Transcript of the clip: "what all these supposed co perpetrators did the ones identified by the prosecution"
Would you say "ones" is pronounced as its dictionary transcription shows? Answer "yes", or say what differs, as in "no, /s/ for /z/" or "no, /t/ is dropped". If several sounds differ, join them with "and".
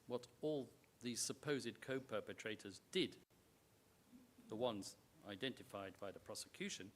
yes